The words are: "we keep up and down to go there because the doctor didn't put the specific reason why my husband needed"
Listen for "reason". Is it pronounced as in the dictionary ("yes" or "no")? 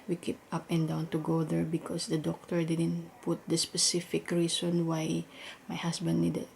no